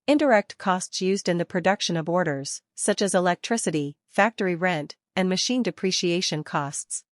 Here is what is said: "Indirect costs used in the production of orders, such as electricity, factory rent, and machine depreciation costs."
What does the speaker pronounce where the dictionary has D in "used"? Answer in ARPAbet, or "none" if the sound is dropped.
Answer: D